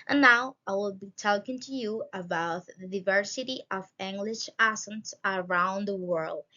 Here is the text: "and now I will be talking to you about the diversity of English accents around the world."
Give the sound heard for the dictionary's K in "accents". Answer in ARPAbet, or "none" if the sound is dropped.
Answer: none